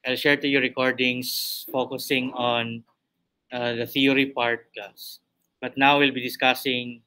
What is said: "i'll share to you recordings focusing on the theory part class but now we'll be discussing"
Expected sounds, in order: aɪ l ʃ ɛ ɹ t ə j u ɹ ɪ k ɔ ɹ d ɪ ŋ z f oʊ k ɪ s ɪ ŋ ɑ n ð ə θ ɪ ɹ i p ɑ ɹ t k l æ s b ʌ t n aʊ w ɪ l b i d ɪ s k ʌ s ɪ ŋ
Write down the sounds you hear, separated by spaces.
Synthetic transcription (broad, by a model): aɪ l ʃ ɛ ɹ t ə j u ɹ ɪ k ɔ ɹ d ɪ ŋ s f oʊ k ɪ s ɪ ŋ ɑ n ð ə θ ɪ ɹ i p ɑ ɹ t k ɑ s b ʌ t n aʊ w ɪ l b i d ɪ s k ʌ s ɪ ŋ